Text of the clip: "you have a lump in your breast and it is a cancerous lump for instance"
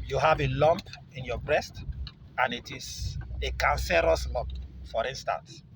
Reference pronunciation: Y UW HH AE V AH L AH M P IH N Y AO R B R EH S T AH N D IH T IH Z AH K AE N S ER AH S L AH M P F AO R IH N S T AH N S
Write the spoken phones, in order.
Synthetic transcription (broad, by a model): Y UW HH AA V AH L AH M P IH N Y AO B R EH S T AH N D IH T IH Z AH K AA N S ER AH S L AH M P F AO R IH N S T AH N S